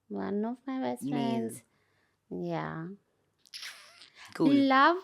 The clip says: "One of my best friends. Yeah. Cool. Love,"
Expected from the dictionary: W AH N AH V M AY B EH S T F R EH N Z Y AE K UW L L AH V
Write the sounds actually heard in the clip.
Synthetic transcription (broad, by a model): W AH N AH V M AY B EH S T F R EH N Z Y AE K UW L L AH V